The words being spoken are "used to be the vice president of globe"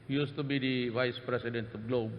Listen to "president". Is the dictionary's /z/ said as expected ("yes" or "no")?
no